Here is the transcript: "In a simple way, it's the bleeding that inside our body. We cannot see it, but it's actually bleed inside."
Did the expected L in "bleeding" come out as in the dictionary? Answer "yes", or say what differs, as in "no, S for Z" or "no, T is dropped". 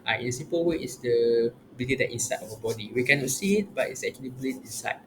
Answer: no, L is dropped